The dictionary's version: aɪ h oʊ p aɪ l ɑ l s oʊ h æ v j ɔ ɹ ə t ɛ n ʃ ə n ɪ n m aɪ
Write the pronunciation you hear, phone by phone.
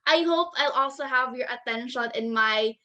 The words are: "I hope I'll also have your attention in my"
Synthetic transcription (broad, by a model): aɪ h oʊ p aɪ l ɑ l s oʊ h æ v j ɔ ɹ ə t ɛ n ʃ ə n ɪ n m aɪ